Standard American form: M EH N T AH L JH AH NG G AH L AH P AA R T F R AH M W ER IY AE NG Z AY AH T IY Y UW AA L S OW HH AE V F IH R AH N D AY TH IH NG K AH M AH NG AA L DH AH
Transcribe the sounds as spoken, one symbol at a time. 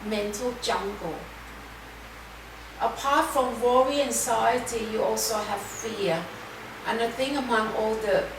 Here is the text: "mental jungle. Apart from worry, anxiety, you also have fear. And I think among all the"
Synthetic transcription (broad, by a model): M EH N T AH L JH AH NG G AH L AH P AA T F R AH M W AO IY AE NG S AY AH T IY Y UW AA L S OW HH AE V F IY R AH N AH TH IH NG AH M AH NG AA L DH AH